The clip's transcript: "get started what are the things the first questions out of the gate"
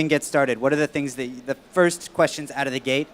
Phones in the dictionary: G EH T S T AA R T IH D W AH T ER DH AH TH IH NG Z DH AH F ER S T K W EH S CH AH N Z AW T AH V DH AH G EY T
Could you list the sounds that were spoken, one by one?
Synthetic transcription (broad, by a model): G EH T S T AA R T IH D W AH T ER DH AH TH IH NG Z DH AH F ER S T K W EH S CH AH N Z AW T AH V DH AH G EY T